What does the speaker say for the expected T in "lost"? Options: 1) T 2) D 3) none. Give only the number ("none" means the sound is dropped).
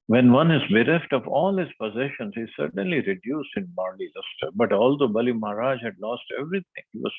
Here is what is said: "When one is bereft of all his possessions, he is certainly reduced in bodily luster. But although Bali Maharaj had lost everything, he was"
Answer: 1